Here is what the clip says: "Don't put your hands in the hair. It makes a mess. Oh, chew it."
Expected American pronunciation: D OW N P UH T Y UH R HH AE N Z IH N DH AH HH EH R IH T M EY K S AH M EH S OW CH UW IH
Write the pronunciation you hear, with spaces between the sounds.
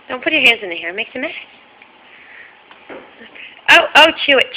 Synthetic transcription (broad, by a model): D OW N P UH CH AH R HH AE N Z IH N DH AH HH EH R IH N M EY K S AH M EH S OW CH UW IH